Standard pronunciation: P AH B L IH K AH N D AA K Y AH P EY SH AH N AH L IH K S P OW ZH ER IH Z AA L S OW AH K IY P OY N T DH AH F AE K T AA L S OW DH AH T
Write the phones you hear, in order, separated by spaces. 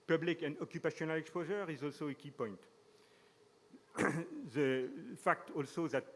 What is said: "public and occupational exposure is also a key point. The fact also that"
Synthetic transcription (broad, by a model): P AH B L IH K AH N D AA K Y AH P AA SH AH N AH L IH K S P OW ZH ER IH Z AA L S OW AH K IY P OY N T DH AH F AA K T AA L S OW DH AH T